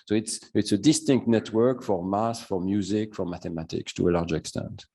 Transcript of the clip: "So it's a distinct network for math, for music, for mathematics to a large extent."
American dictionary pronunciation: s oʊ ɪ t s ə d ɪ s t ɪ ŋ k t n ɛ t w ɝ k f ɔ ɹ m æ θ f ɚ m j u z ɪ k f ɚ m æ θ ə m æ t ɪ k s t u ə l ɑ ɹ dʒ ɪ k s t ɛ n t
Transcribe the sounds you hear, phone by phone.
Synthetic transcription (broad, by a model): s oʊ ɪ t s ə d ɪ s t ɪ ŋ k t n ɛ t w ɝ k f ɔ ɹ m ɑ s f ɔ m j u z ɪ k f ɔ m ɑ t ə m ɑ t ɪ k s t u ə l ɑ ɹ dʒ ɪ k s t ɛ n t